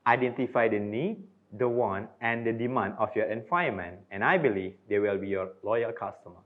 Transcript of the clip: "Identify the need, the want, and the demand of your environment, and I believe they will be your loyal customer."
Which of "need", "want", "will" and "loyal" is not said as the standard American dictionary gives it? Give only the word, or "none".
want